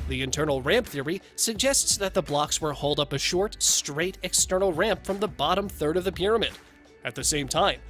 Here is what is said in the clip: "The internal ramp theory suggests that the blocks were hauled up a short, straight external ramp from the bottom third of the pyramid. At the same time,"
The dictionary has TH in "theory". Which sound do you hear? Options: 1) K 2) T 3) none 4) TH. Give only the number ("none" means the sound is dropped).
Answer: 4